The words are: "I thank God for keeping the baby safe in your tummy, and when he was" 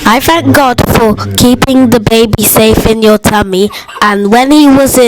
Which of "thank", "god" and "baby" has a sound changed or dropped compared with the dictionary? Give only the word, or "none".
none